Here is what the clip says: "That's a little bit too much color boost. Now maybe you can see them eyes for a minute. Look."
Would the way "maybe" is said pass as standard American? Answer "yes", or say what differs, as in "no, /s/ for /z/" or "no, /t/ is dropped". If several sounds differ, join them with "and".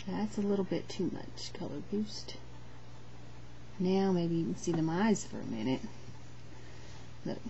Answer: no, /b/ is dropped